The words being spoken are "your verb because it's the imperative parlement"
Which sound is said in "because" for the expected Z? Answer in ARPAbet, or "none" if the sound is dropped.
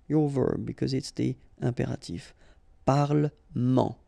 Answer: Z